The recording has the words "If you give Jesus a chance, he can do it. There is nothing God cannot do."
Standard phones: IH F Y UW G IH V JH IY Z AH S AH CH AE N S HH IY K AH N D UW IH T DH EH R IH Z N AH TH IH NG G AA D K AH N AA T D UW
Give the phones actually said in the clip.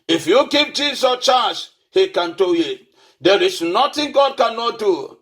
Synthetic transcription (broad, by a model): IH F Y UW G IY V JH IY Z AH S CH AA S HH IY K AH N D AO IH T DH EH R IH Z N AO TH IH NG G AA D K AH N AA T D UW